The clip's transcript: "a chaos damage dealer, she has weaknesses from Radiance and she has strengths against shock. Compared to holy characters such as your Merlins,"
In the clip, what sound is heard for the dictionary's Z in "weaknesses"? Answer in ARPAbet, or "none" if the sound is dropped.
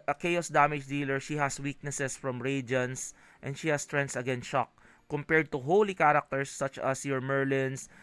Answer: S